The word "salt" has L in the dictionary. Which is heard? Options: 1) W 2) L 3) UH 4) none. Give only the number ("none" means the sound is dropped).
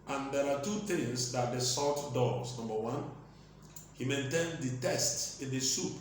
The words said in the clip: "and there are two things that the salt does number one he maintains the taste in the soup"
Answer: 4